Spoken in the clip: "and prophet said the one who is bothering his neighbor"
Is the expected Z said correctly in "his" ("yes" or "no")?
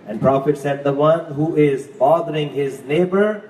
yes